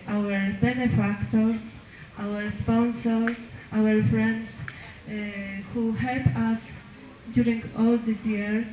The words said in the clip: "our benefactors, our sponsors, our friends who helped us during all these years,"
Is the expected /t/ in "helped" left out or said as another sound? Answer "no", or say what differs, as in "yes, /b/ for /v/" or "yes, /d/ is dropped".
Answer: yes, /t/ is dropped